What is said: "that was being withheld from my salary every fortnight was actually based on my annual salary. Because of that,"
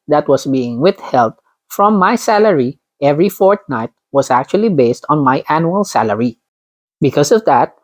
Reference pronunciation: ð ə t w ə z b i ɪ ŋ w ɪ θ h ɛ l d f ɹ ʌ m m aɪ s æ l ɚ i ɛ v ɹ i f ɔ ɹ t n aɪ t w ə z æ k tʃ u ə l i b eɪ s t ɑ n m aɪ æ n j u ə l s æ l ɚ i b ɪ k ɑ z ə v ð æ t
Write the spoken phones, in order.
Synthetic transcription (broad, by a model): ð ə t w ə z b i ɪ ŋ w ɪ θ h ɛ l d f ɹ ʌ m m aɪ s æ l ɚ i ɛ v ɹ i f ɔ ɹ t n aɪ t w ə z æ k tʃ u ə l i b eɪ s t ɑ n m aɪ æ n j u ə l s æ l ɚ i b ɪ k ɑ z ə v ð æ t